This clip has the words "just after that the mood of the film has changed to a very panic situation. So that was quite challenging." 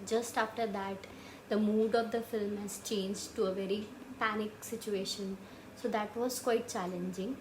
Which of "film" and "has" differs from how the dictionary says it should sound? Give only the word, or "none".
none